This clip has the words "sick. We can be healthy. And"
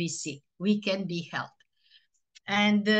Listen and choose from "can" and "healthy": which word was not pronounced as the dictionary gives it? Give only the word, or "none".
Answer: healthy